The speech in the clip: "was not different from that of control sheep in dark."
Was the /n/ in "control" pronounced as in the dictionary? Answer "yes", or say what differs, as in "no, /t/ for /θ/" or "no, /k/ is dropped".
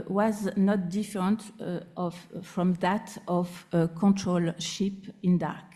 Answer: yes